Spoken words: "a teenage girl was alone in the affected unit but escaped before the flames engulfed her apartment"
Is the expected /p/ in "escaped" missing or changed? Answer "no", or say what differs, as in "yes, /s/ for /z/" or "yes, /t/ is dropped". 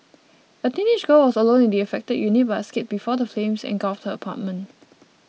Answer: yes, /p/ is dropped